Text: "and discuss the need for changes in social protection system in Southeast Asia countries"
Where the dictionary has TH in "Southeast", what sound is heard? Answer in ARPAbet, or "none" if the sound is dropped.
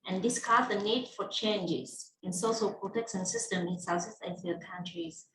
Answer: S